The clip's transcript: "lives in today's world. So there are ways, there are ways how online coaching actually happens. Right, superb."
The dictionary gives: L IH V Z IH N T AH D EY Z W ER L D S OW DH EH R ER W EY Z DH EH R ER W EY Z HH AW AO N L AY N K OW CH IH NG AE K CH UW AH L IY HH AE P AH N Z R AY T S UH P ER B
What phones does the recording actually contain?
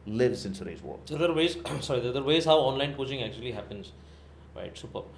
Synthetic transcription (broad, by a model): L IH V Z IH N S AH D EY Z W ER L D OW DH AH R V EY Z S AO R ER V EY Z HH AW AO N L AY N K OW CH IH NG AE K CH UW AH L IY HH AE P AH N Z R AY T S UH P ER